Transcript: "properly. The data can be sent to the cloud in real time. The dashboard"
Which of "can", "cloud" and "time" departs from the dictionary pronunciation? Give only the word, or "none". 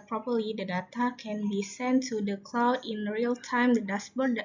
none